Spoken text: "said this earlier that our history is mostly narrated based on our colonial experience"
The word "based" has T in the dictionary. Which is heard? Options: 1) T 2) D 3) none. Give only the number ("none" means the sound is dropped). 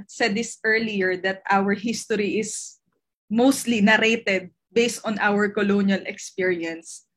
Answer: 1